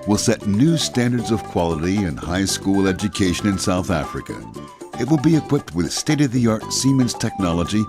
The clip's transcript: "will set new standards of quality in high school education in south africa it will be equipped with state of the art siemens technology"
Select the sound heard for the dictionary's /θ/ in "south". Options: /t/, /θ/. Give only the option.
/θ/